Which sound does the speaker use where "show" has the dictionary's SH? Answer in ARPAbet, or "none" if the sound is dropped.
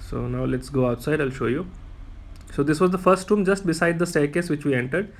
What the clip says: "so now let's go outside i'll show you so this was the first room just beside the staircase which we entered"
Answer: SH